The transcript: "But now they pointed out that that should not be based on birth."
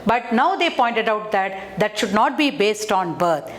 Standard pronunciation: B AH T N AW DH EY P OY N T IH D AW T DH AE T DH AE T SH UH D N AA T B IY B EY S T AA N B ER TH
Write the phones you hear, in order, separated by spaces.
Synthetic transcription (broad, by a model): B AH T N AW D EY P OY N T IH D AW T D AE T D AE T SH UH D N AA T B IY B EY S T AA N B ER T